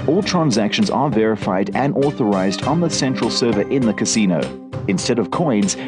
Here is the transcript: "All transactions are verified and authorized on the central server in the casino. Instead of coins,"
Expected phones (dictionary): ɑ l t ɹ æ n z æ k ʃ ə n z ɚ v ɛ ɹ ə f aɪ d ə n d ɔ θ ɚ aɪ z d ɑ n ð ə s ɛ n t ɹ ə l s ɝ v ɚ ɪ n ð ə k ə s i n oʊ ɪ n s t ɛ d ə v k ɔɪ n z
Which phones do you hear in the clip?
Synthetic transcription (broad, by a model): ɑ l t ɹ æ n z æ k ʃ ə n z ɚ v ɛ ɹ ə f aɪ d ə n ɔ θ ɚ aɪ z d n ð ə s ɛ n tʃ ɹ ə l s ɝ v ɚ ɪ n ð ə k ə s i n oʊ ɪ n s t ɛ d ə v k ɔɪ n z